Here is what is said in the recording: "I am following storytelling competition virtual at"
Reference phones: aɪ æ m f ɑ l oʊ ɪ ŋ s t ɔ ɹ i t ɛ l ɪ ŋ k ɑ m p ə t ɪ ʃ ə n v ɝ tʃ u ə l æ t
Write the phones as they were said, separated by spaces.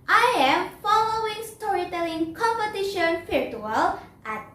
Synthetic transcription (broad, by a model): aɪ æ m f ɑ l oʊ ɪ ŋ s t ɔ ɹ i t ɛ l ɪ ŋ k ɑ m p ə t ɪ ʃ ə n f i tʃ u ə l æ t